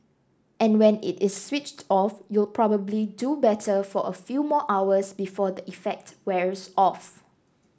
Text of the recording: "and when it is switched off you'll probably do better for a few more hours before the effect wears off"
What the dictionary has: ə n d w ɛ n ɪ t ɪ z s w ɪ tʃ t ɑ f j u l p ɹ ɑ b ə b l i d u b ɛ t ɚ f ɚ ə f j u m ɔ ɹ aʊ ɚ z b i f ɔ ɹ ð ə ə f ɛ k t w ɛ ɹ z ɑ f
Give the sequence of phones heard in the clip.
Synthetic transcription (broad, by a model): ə n w ɛ n ɪ t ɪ s w ɪ tʃ t ɑ f j u l p ɹ ɑ b ə b l i d u b ɛ t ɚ f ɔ ə f j u m ɔ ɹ aʊ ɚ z b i f ɔ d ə ə f ɛ k t w ɛ ɹ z ɑ f